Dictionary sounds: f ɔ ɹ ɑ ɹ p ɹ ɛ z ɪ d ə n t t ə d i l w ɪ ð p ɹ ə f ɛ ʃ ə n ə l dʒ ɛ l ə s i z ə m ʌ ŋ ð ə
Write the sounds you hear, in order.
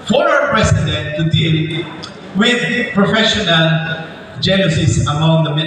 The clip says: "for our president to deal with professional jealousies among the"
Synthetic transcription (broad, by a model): f ɔ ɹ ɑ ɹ p ɹ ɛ s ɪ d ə n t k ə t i n w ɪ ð p ɹ ə f ɛ ʃ ə n ə l dʒ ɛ n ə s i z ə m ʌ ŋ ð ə